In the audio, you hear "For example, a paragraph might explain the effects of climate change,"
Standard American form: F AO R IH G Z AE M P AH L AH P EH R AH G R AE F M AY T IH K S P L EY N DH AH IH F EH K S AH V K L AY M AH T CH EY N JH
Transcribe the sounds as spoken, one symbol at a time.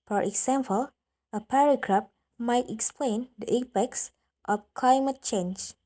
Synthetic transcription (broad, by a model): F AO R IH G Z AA M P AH L AH P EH R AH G R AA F M AY T IH K S P L EY N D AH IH P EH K S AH F K L AY M AH T CH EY N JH